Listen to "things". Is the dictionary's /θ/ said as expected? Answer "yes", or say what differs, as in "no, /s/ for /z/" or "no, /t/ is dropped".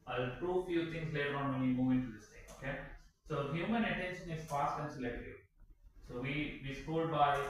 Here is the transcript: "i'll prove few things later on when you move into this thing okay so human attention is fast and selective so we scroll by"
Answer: no, /t/ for /θ/